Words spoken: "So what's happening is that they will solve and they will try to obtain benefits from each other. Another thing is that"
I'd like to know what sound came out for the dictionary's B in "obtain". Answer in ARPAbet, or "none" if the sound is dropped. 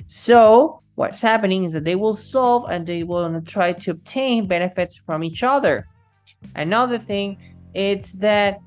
B